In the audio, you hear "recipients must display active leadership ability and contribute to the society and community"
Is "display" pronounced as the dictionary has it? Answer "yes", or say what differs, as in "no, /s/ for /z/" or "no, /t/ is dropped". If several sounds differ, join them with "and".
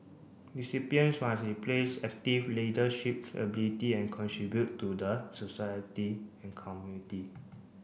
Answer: no, /s/ is dropped